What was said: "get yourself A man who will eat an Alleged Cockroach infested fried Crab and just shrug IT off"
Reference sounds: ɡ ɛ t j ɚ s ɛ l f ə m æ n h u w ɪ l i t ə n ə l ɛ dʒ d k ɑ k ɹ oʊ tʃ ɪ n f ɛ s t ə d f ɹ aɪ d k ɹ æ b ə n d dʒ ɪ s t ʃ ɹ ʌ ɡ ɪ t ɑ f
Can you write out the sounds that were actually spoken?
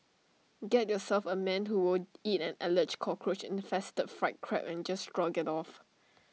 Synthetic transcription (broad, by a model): ɡ ɛ t j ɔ s ɛ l f ə m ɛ n h u w ɪ l i t ə n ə l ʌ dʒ k ɑ k ɹ oʊ tʃ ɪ n f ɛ s t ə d f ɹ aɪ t k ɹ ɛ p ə n dʒ ɪ s t ɹ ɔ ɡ ɪ t ɑ f